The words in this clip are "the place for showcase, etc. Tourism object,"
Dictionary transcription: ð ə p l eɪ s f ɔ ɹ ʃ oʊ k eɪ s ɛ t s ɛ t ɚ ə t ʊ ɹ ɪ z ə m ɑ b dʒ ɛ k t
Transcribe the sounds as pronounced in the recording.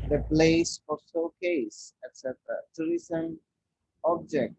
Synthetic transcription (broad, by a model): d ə p l eɪ s f ɔ ɹ s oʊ k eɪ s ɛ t s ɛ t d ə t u ɹ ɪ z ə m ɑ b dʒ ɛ k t